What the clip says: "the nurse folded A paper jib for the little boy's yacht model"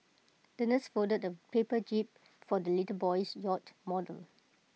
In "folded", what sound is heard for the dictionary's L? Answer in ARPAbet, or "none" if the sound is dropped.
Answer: none